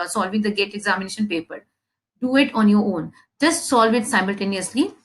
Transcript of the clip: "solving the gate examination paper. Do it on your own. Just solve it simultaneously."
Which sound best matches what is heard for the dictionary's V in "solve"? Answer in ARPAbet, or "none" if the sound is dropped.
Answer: V